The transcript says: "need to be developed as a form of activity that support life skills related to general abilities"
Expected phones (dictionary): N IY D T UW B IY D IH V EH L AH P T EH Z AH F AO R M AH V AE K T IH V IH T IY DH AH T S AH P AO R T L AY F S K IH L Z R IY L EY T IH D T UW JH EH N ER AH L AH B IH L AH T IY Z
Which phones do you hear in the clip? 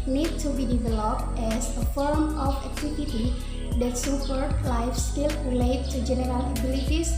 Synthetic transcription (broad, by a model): N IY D T UW B IY D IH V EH L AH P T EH S AH F AO R M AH F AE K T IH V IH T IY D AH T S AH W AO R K L AY F S K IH L R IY L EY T T UW JH EH N ER AH L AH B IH L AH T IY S